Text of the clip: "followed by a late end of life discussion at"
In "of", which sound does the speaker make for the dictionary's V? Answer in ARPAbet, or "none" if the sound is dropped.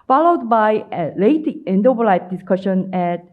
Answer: B